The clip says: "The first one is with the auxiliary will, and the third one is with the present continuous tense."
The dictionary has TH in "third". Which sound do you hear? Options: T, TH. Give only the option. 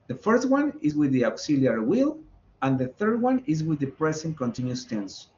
TH